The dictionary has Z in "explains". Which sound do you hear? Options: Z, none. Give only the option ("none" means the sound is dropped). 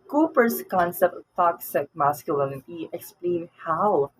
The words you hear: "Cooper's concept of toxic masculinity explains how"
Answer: none